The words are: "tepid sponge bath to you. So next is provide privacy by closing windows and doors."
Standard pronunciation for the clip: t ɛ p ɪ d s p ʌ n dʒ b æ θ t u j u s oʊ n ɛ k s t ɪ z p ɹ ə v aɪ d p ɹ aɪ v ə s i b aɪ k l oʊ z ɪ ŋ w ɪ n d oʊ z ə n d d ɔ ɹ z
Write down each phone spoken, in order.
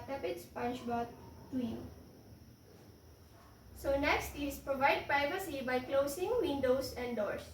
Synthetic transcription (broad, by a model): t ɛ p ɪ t s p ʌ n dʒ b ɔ t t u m s oʊ n ɛ k s t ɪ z p ɹ ə v aɪ d p ɹ aɪ v ə s i b aɪ k l oʊ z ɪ ŋ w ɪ n d oʊ s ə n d d ɔ ɹ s